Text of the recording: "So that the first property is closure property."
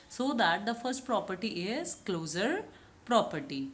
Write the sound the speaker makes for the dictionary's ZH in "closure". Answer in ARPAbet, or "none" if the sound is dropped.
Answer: Z